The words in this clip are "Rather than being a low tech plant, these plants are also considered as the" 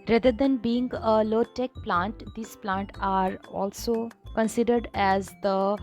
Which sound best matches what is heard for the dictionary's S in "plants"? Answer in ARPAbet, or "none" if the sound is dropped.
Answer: none